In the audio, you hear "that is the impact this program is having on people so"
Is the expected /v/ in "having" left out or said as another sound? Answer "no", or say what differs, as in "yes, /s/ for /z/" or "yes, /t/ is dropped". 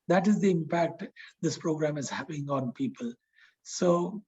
yes, /p/ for /v/